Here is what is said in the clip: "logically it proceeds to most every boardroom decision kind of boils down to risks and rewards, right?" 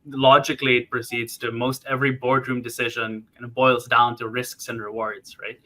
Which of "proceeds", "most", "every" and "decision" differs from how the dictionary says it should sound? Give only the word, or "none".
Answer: none